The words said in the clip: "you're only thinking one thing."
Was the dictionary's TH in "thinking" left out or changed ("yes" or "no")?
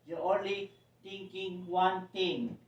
yes